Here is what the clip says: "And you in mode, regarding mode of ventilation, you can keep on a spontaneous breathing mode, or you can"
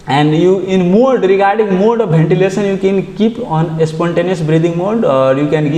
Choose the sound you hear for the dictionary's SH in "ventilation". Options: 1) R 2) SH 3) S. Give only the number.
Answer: 3